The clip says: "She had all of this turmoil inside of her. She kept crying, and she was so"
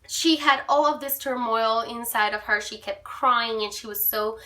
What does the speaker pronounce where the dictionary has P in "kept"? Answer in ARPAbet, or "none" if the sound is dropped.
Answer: P